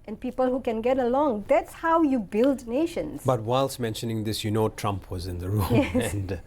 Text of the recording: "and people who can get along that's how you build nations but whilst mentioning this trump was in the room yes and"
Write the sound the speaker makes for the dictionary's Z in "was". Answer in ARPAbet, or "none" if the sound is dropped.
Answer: Z